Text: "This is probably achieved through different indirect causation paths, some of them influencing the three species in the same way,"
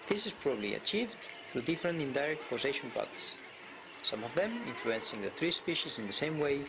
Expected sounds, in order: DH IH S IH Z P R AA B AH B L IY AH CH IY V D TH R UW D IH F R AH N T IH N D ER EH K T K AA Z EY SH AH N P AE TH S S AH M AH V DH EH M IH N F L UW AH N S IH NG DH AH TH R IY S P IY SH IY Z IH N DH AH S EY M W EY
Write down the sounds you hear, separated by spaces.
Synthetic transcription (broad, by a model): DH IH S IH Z P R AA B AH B L IY AH CH IY V D TH R UW D IH F R AH N T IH N D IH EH K T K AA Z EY SH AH N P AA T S S AH M AH V DH EH M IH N F L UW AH N S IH NG DH AH TH R IY S P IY SH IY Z IH N DH AH S EY M W EY